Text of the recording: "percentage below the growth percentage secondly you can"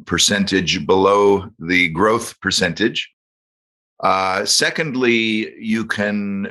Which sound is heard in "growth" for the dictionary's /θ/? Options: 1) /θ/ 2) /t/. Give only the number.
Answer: 1